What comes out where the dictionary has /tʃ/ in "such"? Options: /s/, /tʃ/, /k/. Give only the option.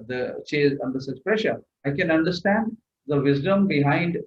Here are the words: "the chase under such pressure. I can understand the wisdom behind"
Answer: /s/